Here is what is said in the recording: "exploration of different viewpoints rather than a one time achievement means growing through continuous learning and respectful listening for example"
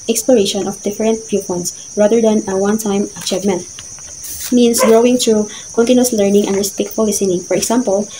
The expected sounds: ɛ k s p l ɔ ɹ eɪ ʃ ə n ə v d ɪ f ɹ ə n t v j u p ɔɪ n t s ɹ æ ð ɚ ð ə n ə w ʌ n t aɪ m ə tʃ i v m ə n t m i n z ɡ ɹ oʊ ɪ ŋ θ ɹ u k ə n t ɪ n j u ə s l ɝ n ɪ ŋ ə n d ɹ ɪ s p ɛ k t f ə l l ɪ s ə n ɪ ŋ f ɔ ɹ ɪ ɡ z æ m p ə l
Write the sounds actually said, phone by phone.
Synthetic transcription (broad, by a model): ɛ k s p l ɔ ɹ eɪ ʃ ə n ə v d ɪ f ɹ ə n t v j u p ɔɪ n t s ɹ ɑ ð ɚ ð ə n ə w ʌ n t aɪ m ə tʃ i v m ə n t m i n s ɡ ɹ oʊ ɪ ŋ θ ɹ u k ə n t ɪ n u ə s l ɝ n ɪ ŋ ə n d ɹ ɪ s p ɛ k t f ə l l ɪ s ə n ɪ ŋ f ɔ ɹ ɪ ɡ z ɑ m p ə l